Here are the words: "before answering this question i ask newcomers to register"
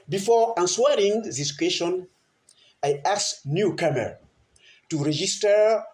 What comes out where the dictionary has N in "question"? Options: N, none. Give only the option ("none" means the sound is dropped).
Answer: N